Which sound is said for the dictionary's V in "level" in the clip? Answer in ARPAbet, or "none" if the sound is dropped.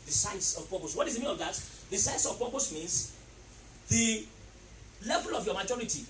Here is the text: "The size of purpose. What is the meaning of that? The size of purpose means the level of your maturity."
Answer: V